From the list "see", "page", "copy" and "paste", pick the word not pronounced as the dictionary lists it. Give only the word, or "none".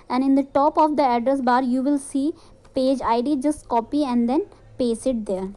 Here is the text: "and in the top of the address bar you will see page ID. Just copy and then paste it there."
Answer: paste